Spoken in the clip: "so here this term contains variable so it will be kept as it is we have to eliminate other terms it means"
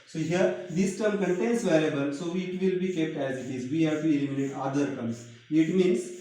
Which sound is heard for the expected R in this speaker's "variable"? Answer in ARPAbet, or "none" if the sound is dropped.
L